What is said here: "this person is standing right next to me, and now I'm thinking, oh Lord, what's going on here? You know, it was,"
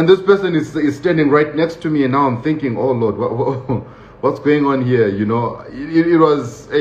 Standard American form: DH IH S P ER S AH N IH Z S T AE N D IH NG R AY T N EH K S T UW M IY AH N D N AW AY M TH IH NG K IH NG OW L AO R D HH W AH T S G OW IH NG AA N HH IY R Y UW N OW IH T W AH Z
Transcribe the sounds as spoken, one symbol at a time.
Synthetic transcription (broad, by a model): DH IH S P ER S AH N IH Z S T AE N D IH NG R AY T N EH K S T UW M IY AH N N AW AY M TH IH NG K IH NG OW L AO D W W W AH T S G OW IH NG AA N HH IY R Y UW N OW IH T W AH Z